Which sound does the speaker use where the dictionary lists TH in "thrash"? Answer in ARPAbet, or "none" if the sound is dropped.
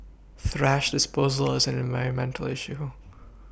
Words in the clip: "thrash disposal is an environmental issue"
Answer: TH